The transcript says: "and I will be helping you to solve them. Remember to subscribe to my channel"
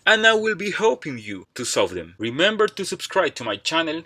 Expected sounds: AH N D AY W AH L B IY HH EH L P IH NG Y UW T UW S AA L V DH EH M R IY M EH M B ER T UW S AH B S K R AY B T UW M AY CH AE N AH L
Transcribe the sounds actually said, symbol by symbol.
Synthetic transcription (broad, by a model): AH N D AY W AH L B IY HH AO P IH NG Y UW T UW S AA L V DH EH M R IY M EH M B ER T UW S AH B S K R AY B T UW M AY CH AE N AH L